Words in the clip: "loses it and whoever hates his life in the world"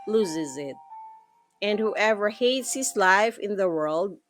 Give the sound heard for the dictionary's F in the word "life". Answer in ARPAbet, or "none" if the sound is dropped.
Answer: F